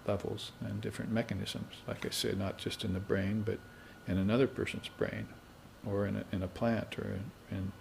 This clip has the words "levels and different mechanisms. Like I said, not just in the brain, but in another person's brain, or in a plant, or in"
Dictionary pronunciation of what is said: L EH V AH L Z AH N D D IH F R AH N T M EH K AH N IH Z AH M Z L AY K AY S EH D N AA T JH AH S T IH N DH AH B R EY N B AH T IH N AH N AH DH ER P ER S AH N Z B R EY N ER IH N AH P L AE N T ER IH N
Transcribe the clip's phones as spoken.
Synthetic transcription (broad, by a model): L EH V L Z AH N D D IH F R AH N M EH K AH N IH Z AH M Z L AY K AY S EH D N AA T JH AH S T IH N DH AH B R EY N B AH T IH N AH N AH DH ER P ER S AH N Z B R EY N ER IH N AH P L AE N T ER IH N